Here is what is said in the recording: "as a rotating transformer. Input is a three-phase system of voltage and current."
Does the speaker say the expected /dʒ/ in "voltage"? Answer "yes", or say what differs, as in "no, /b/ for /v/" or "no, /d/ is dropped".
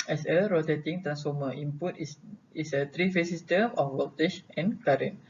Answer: no, /ʃ/ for /dʒ/